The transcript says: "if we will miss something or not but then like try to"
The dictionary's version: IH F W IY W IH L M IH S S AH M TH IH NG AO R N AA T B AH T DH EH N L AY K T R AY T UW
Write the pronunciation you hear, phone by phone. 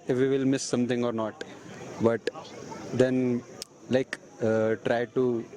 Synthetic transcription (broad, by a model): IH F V IY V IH L M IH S S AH M T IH NG AO R N AA T B AH T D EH N L AY K T R AY T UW